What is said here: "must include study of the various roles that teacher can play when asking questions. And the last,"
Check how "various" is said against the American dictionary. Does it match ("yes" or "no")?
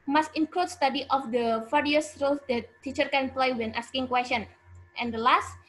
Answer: no